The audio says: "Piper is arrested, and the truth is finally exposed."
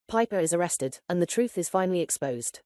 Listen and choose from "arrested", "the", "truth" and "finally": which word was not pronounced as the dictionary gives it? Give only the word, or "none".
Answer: none